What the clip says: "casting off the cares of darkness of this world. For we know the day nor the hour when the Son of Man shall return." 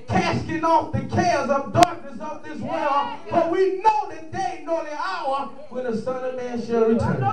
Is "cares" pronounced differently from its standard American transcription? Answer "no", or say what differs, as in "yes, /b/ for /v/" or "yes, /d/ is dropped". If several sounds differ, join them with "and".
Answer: no